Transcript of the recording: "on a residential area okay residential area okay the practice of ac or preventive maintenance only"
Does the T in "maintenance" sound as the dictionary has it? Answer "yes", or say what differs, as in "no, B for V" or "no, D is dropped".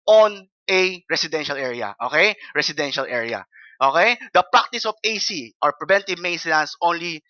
no, S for T